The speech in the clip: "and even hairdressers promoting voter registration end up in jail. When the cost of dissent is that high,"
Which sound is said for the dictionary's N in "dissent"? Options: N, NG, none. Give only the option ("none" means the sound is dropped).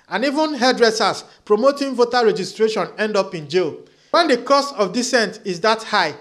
N